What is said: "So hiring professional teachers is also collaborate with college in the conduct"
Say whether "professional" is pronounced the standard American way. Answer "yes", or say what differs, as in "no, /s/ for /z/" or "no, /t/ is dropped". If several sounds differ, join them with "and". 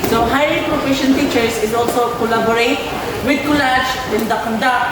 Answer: no, /n/ is dropped and /n/ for /l/